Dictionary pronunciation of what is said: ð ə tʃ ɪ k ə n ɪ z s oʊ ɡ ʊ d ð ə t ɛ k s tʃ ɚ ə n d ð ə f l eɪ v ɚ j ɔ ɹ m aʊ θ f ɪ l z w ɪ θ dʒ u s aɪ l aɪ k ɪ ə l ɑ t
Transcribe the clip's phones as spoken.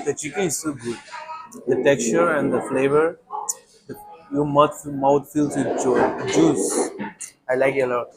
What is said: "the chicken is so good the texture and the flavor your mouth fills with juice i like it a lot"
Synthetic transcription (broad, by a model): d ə tʃ ɪ k ə n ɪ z s oʊ ɡ ʊ d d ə t ɛ k s tʃ ɚ ə n d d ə f l eɪ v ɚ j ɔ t m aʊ t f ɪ l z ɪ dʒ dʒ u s aɪ l aɪ k ɪ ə l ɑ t